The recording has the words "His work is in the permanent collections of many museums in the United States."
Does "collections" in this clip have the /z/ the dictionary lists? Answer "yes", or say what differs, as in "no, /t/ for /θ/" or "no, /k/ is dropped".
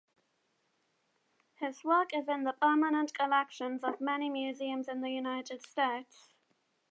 yes